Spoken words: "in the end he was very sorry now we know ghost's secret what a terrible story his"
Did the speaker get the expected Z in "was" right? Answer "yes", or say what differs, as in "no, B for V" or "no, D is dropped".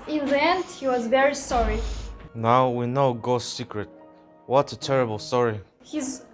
yes